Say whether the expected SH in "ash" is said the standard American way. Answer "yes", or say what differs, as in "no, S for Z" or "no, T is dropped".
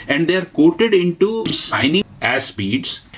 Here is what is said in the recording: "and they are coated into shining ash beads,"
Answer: no, S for SH